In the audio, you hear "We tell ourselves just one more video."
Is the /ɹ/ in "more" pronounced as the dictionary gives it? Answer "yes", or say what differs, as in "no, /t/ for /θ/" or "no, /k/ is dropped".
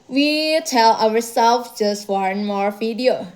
yes